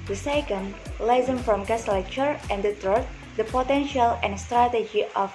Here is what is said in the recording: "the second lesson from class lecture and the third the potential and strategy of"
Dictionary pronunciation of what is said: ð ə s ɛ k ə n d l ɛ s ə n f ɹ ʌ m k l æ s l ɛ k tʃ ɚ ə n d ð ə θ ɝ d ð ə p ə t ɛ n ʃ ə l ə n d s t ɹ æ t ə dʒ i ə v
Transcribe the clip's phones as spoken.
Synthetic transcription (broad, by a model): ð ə s ɛ k ə n d l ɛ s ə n f ɹ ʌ m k æ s l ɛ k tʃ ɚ ə n d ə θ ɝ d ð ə p ə t ɛ n ʃ ə l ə n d s t ɹ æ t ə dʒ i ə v